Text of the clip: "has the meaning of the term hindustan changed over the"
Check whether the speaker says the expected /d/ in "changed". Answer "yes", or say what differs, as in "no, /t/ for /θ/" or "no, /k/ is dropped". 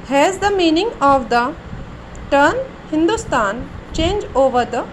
no, /d/ is dropped